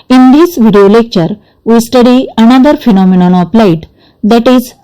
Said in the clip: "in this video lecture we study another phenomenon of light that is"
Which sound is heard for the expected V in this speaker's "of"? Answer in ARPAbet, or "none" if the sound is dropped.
P